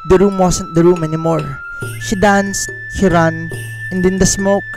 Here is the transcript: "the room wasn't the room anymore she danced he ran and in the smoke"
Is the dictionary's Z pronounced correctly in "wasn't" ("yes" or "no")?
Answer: no